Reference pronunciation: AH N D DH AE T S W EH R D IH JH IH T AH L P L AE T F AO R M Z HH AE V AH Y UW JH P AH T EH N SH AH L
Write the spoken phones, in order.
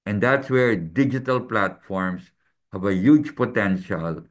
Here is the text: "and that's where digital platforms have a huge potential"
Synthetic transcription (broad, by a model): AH N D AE T S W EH R D IH JH IH T AH L P L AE T F AO R M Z HH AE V AH Y UW JH P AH T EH N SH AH L